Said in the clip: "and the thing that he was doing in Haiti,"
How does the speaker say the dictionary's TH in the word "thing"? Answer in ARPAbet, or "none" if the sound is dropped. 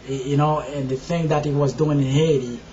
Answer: TH